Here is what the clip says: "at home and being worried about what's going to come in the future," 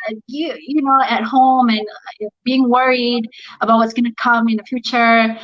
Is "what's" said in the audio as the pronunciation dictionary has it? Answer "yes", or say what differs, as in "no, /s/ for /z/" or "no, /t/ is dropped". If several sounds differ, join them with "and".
yes